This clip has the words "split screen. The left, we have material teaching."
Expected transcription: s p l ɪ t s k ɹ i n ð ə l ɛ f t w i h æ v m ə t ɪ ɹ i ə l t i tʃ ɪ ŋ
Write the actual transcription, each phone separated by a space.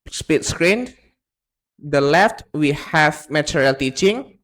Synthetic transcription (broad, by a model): s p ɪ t s k ɹ i n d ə l ɛ f t w i h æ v m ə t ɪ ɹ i l t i tʃ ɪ ŋ